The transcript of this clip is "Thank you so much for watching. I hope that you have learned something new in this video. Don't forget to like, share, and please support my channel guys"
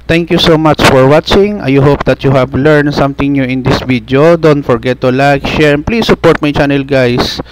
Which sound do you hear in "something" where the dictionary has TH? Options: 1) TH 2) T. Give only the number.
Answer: 2